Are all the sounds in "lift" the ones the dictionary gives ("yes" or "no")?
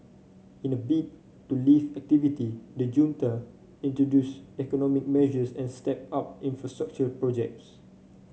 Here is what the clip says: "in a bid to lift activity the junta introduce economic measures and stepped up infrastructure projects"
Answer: no